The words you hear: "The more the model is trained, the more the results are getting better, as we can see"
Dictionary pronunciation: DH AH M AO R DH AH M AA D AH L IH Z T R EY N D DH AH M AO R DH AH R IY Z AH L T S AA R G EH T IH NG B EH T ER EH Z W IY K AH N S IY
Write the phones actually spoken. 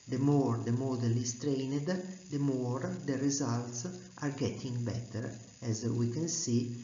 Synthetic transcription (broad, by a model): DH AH M AO R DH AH M AA D AH L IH S T R EY N D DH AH M AO R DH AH R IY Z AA L T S AA R G EH T IH NG B EH T ER EH Z W IY K AH N S IY